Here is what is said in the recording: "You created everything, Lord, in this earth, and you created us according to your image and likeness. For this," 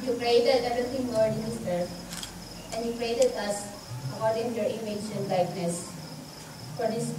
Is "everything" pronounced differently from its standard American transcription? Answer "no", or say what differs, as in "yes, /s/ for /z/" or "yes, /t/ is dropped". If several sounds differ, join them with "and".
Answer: yes, /f/ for /v/ and /t/ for /θ/